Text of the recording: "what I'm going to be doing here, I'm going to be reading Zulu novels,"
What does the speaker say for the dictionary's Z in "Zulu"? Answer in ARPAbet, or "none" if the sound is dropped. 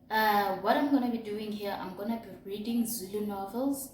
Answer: Z